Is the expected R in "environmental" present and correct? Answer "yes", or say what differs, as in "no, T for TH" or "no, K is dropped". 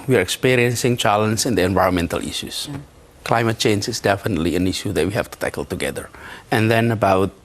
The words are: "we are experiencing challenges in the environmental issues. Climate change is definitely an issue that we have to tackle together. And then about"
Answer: yes